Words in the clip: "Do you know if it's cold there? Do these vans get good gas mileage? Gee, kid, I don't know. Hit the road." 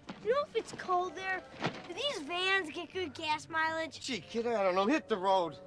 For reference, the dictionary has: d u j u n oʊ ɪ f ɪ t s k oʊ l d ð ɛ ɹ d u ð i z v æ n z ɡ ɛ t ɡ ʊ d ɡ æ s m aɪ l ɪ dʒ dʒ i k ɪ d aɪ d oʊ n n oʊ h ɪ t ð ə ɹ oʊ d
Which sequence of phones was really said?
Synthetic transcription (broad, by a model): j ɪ n oʊ ɪ f ɪ t s k oʊ l d ð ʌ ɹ ð i z v æ n z ɡ ɛ t ɡ ʊ d ɡ æ s m aɪ l ɪ dʒ ʃ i k ɪ d aɪ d oʊ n n oʊ h ɪ t ð ə ɹ oʊ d